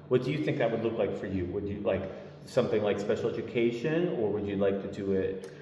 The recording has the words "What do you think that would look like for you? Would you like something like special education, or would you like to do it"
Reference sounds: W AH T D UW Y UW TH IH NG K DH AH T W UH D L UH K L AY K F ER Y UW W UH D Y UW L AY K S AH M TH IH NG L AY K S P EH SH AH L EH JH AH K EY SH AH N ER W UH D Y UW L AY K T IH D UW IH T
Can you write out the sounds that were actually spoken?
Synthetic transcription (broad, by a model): W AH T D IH Y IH TH IH NG K DH AH T W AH D L UH K L AY K F ER Y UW W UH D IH L AY K S AH M TH IH NG L AY K S P EH SH L EH JH AH K EY SH AH N ER W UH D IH L AY K T IH D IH IH T